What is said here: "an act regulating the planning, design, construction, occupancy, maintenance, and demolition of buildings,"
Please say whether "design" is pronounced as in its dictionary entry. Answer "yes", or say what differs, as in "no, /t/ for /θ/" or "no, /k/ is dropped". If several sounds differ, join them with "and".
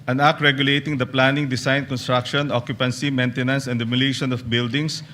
no, /s/ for /z/